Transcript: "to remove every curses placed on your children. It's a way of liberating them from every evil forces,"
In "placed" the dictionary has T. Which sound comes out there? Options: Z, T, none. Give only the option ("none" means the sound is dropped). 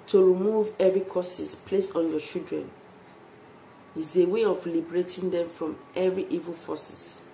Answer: none